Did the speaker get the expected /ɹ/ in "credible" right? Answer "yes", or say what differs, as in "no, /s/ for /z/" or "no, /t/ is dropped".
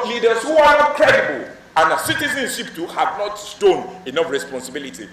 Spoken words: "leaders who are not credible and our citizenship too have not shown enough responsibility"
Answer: no, /ɹ/ is dropped